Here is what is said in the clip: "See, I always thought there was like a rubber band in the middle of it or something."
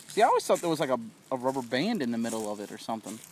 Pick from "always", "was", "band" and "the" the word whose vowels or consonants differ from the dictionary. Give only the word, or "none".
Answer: none